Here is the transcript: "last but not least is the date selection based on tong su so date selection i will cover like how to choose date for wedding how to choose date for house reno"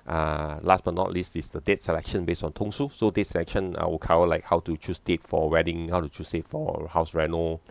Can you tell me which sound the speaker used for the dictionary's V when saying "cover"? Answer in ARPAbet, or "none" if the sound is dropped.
W